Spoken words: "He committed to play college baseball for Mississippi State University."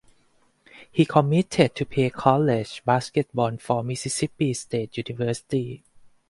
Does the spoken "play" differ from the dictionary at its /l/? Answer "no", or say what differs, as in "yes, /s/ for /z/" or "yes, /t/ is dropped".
yes, /l/ is dropped